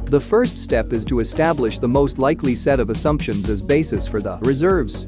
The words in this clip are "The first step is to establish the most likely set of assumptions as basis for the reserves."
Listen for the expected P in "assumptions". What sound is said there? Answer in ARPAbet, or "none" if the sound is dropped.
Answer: P